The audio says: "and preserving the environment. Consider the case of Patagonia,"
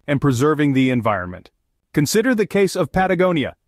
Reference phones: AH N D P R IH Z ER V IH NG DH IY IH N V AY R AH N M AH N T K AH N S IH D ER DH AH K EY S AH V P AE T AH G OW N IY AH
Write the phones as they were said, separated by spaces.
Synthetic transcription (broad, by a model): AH N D P R IH Z ER V IH NG DH IY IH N V AY R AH N M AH N T K AH N S IH D ER DH AH K EY S AH V P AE T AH G OW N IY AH